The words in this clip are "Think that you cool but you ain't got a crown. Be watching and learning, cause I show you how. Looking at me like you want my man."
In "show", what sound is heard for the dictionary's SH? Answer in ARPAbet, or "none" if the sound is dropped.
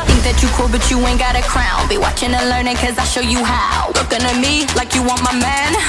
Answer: SH